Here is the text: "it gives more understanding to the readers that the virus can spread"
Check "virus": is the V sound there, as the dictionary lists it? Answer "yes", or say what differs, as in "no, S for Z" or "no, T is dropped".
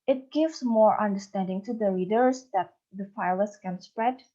no, F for V